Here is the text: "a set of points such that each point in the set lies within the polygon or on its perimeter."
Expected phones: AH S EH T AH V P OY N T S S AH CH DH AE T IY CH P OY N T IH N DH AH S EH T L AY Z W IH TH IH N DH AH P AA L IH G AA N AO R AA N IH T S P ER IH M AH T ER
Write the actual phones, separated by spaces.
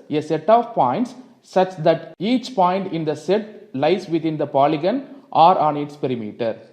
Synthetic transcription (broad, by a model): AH S EH T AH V P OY N T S S AH CH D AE T IY CH P OY N T IH N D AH S EH T L AY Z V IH T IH N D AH P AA L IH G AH N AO R AA N IH T S P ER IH M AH T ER